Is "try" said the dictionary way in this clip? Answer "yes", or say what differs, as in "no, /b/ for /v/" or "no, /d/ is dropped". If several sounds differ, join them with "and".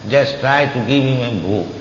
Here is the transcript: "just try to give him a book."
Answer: yes